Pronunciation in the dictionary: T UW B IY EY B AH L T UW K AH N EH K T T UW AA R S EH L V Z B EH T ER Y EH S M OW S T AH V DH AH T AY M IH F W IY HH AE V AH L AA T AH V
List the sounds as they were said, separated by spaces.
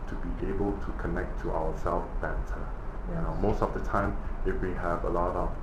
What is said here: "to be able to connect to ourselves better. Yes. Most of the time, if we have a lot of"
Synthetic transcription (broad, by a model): T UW B IY EY B AH L T UW K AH N EH K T T UW AA W S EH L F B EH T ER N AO M OW S T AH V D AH T AY M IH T W IY HH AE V AH L AA T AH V